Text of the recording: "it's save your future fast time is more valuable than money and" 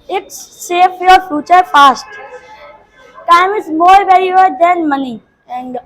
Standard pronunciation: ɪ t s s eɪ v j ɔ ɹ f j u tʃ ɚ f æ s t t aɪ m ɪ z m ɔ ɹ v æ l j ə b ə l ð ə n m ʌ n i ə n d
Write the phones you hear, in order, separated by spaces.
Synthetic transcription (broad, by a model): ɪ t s s eɪ f j ɔ ɹ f j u tʃ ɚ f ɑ s t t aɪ m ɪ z m ɔ ɹ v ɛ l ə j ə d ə n m ʌ n i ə n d